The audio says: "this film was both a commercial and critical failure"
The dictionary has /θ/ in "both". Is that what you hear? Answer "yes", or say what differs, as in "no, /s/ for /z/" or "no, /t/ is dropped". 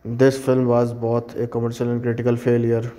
no, /t/ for /θ/